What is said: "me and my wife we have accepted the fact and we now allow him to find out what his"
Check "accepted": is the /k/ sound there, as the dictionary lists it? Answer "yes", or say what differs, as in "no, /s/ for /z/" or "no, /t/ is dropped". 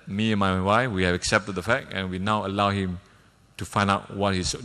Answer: yes